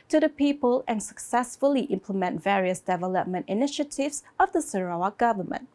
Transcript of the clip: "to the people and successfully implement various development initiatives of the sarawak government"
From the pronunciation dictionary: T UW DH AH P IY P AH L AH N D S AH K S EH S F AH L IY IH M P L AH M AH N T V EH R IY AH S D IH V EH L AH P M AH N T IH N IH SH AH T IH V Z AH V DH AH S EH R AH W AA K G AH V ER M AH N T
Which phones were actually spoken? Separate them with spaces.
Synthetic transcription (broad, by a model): T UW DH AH P IY P AH L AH N S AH K S EH S F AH L IY IH M P L AH M AH N T V EH R IY AH S D IH V EH L AH P M AH N T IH N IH SH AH T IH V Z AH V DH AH S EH R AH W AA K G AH V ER M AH N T